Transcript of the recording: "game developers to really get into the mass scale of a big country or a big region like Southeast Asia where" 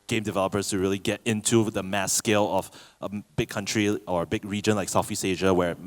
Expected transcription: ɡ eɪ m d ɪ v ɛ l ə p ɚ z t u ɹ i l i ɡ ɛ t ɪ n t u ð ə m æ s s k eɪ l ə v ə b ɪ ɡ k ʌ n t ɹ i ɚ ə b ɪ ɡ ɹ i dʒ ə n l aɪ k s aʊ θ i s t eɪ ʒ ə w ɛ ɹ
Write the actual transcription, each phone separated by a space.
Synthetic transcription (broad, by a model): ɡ eɪ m d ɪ v ɛ l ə p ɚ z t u ɹ i l i ɡ ɛ t ɪ n t u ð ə m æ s s k eɪ l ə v ə b ɪ ɡ k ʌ n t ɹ i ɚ ə b ɪ ɡ ɹ i dʒ ə n l aɪ k s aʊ f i s eɪ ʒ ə w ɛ ɹ